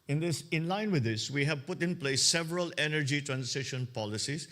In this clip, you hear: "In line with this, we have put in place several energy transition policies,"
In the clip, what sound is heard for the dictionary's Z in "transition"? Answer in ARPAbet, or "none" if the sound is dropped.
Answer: S